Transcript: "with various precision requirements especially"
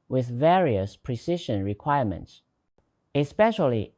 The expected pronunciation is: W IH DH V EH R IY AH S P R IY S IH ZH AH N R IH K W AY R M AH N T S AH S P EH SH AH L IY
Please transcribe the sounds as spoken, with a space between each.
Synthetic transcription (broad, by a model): W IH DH V EH R IY AH S P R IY S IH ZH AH N R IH K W AY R M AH N T S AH S P EH SH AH L IY